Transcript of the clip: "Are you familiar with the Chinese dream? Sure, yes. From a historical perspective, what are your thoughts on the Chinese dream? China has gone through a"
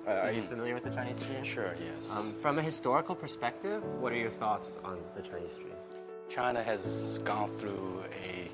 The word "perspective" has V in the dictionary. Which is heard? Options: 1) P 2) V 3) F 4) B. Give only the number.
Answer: 2